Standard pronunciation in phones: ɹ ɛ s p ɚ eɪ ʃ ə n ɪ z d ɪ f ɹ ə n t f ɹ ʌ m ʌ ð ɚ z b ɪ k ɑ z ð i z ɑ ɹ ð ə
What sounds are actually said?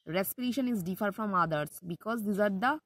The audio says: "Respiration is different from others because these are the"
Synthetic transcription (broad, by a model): ɹ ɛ s p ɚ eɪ ʃ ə n ɪ z d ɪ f ə t f ɹ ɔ m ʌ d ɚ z b ɪ k ɑ z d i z ɑ ɹ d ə